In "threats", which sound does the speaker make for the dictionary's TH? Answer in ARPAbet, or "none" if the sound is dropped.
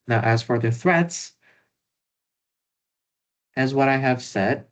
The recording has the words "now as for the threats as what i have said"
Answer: TH